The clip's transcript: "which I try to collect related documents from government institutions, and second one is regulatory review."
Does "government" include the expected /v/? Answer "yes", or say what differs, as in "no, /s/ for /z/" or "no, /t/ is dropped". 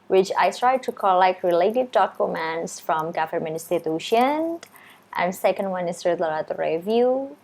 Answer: no, /f/ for /v/